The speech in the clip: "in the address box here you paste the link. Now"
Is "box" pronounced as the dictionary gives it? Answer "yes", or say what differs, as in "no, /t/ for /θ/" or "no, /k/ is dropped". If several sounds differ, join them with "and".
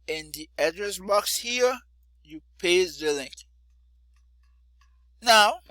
yes